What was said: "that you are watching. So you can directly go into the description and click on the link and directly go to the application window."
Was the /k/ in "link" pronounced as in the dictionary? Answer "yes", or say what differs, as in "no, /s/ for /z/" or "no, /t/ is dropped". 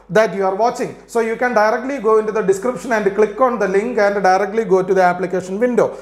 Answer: yes